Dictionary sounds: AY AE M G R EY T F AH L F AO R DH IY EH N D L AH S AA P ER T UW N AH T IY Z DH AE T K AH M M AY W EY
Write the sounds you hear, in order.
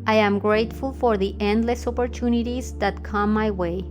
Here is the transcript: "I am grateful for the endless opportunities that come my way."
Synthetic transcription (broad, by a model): AY AE M G R EY T F AH L F AO R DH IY EH N D L AH S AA P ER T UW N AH T IY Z DH AE T K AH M M AY W EY